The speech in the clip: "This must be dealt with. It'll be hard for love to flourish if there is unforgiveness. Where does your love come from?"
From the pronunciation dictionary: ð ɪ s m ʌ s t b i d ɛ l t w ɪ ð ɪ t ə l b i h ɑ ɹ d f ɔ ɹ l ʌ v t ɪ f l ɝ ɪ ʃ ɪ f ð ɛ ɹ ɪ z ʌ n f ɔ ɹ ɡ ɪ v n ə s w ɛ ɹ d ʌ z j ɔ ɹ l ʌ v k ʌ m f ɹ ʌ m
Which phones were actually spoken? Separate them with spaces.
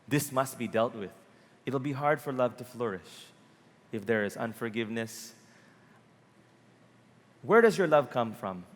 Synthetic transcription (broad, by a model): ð ɪ s m ʌ s t b i d ɛ l t w ɪ ð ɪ t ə l b i h ɑ ɹ d f ɔ ɹ l ʌ v t ɪ f l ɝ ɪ ʃ ɪ f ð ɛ ɹ ɪ z ʌ n f ɔ ɹ ɡ ɪ v n ə s w ɛ ɹ d ʌ z j ɔ ɹ l ʌ v k ʌ m f ɹ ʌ m